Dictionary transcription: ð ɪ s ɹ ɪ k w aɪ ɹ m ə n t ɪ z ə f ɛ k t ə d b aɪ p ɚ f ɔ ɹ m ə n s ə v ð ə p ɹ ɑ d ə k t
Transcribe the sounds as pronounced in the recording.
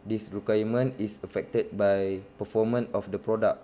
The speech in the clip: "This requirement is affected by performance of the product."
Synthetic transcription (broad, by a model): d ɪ s ɹ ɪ k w aɪ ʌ m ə n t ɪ s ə f ɛ k t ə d b aɪ p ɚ f ɔ m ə n ə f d ə p ɹ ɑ d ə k